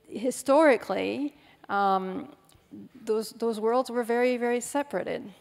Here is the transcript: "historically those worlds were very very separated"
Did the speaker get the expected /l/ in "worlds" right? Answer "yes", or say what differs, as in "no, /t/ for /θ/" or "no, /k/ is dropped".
yes